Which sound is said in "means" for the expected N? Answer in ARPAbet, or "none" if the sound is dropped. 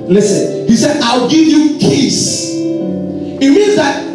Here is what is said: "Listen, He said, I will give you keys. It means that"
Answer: N